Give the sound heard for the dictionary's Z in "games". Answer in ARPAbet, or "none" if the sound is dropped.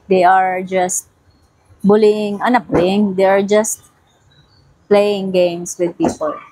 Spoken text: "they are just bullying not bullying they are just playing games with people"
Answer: S